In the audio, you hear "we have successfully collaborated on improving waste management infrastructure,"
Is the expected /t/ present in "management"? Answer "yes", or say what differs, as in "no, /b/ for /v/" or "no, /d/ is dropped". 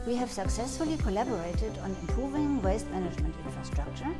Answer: yes